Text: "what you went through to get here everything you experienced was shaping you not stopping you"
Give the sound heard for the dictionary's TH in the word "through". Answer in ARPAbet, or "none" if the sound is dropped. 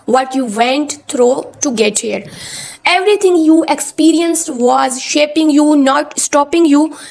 T